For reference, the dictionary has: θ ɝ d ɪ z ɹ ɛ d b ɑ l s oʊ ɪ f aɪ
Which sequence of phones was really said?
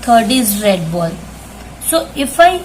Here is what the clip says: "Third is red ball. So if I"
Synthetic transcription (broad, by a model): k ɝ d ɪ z ɹ ɛ d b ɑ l s oʊ ɪ f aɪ